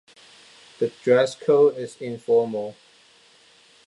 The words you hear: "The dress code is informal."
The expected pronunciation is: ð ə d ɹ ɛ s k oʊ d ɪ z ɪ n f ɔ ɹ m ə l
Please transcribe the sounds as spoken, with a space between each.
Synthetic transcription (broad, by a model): ð ə d ɹ ɛ s k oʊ ɪ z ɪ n f ɔ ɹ m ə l